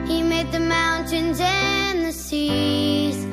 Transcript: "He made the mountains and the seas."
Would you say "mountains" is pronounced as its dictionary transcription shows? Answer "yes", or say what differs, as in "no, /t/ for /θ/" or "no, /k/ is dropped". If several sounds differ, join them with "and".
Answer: yes